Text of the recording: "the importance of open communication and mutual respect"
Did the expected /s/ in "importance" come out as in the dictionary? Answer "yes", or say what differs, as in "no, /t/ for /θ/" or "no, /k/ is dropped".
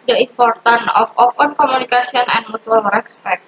no, /s/ is dropped